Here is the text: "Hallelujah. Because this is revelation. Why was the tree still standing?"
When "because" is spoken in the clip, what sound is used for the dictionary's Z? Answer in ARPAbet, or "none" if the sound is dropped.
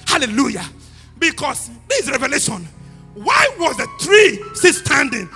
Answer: S